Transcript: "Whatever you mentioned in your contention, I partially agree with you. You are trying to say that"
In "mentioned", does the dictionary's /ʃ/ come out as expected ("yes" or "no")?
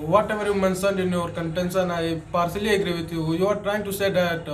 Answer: no